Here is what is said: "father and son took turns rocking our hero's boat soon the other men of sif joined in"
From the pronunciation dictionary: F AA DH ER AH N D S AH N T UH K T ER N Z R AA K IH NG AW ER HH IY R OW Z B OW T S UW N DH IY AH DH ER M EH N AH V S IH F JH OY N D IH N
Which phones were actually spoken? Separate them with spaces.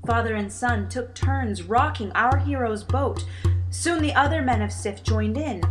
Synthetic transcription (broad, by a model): F AA DH ER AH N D S AH N T UH K T ER N Z R AA K IH NG AW ER HH IY R OW Z B OW T S UW N DH IY AH DH ER M EH N AH V S IH F JH OY N D IH N